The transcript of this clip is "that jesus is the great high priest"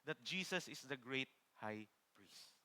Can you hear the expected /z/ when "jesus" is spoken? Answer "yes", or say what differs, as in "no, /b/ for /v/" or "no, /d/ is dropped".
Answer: no, /s/ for /z/